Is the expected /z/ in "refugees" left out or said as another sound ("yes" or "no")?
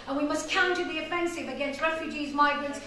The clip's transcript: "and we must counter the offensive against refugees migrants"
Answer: no